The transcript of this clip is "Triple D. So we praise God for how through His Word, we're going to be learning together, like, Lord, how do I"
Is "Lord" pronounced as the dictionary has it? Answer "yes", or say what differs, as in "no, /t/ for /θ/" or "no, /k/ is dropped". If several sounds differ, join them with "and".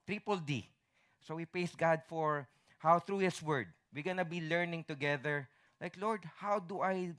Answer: yes